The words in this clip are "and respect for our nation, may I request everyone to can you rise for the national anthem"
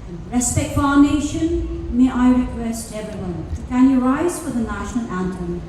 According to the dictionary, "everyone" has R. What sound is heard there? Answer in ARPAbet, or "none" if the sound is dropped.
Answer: none